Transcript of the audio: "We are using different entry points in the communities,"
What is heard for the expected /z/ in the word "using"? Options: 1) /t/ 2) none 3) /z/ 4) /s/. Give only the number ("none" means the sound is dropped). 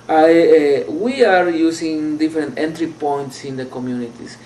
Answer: 4